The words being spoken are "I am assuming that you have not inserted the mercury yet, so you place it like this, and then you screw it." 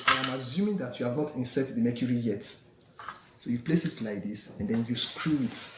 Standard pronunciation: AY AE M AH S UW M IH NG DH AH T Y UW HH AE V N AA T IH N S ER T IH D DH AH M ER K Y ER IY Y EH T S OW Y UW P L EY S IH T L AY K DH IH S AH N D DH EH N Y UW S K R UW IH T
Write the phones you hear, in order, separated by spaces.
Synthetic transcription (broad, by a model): AY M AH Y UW M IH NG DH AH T Y UW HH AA V N AA T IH N S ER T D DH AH M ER K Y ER IY Y EH T S OW Y UW P L EY S IH T L AY K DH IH S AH N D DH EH N Y UW S K R UW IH T